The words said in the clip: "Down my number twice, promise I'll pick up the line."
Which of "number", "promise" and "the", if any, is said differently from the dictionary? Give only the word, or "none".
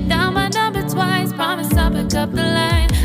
number